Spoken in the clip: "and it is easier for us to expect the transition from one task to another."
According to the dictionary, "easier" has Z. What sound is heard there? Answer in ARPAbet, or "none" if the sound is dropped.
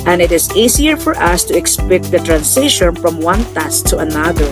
S